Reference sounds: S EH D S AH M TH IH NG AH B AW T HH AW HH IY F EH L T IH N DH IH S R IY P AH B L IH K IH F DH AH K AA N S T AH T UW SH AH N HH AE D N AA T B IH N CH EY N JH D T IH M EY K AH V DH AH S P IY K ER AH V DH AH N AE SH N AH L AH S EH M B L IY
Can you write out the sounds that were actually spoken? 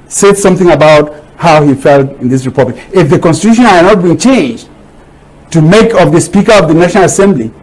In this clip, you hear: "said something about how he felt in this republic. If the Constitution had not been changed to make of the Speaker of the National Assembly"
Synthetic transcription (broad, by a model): S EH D S AH M TH IH NG AH B AW T HH AW HH IY F EH L T IH N DH IH S R IY P AH B L IH K IH F DH AH K AA N S T AH T UW SH AH N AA N AA T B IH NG CH EY N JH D T IH M EY K AH V DH AH S P IY K ER AH V DH AH N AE SH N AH L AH S EH M B L IY